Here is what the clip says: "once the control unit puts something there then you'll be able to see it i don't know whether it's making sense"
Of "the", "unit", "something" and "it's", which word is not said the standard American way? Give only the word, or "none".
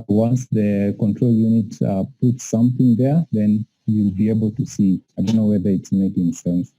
none